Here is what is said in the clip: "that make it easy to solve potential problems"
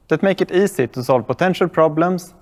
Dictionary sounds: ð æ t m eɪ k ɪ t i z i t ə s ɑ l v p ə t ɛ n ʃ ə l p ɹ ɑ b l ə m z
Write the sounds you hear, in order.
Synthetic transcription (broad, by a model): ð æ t m eɪ k ɪ t i s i t ə s ɑ l v p ə t ɛ n ʃ ə l p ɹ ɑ b l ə m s